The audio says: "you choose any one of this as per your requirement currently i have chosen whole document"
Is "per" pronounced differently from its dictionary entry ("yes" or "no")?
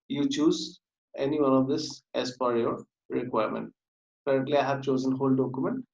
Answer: yes